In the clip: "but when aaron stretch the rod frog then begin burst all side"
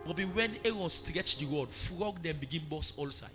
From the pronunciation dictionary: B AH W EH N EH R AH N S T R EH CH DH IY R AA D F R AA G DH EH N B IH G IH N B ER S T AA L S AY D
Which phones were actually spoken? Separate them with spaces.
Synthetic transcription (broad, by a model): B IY W EH N EH R AH N S T R EH CH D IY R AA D F R AA G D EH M B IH G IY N B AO S AA L S AY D